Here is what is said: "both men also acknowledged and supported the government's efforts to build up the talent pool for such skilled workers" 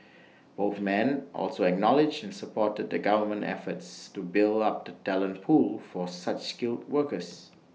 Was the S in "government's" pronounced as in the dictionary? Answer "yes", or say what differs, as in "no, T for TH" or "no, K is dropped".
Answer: no, S is dropped